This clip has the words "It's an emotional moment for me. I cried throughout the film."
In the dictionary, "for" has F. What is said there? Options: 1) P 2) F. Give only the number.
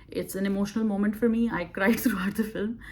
2